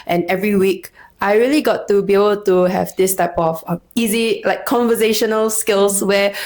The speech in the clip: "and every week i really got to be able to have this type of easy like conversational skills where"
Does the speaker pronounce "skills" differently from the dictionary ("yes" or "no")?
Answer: yes